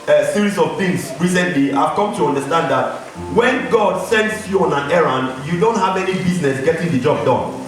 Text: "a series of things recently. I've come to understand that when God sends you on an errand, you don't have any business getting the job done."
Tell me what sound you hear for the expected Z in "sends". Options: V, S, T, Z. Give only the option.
S